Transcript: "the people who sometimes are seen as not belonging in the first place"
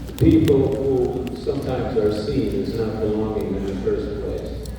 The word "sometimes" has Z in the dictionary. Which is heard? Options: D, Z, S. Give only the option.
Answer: Z